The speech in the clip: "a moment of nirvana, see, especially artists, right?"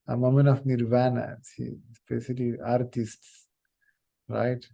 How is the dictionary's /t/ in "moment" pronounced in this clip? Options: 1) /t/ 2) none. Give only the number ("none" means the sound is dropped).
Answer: 2